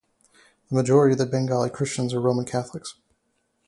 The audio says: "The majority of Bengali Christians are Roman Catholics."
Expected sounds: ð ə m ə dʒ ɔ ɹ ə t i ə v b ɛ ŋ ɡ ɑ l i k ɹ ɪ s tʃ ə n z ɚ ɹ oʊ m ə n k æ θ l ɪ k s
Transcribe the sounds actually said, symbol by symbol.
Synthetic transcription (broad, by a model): ð ə m ə dʒ ɔ ɹ ə t i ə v b ɛ ŋ ɡ ɑ l i k ɹ ɪ s tʃ ə n z ɚ ɹ oʊ m ə n k æ θ l ɪ k s